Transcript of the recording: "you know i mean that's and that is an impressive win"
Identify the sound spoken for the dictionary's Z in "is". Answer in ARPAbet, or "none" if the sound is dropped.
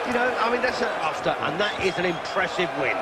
Z